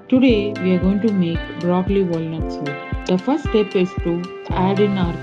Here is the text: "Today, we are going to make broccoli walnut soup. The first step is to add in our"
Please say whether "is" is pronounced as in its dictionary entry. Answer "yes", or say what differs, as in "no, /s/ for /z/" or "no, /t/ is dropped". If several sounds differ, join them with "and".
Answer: no, /s/ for /z/